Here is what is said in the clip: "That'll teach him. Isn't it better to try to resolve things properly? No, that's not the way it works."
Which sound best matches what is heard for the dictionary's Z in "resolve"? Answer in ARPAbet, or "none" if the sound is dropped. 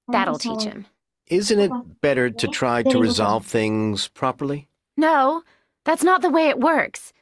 Z